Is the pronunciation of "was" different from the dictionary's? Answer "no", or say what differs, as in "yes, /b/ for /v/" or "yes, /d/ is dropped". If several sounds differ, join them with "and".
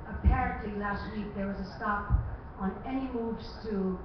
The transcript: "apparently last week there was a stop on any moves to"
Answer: no